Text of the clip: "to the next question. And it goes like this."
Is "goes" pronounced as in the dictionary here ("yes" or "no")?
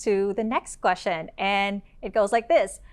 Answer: yes